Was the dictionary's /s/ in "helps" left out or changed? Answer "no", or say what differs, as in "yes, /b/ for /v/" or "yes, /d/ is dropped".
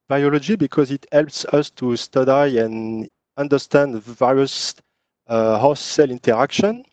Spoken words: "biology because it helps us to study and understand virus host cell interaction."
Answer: no